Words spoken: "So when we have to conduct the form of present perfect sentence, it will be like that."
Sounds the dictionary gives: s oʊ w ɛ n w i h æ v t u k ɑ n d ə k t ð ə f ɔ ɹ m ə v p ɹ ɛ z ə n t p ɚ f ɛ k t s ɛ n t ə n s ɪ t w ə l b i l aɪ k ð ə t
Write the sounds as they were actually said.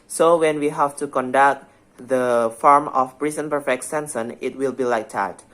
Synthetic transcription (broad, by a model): s oʊ w ɛ n w i h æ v t u k ɑ n d ə k t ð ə f ɔ ɹ m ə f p ɹ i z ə n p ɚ f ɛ k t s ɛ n s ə n ɪ t w ə l b i l aɪ k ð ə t